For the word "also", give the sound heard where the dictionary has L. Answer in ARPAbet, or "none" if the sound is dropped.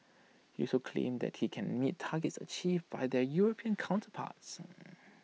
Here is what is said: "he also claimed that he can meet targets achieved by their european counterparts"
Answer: none